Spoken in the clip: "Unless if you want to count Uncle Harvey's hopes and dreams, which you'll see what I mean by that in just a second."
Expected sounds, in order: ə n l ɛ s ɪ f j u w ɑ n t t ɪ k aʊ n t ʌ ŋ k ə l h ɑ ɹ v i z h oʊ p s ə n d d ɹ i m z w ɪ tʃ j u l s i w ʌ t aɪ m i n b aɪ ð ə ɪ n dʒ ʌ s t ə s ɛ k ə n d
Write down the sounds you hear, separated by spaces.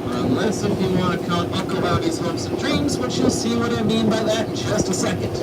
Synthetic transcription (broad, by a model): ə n l ɛ s ɪ f j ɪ w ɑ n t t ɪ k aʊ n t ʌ k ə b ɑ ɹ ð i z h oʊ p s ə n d d ɹ i m z w ɪ tʃ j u l s i w ʌ t aɪ m i n b aɪ ð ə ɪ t dʒ ʌ s t ə s ɛ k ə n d